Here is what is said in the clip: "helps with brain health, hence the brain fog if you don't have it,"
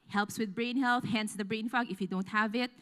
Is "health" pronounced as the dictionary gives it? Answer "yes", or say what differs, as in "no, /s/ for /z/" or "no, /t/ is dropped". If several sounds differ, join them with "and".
yes